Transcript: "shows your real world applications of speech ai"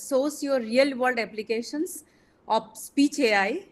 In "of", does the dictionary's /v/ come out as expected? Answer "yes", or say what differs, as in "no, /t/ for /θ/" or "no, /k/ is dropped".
no, /p/ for /v/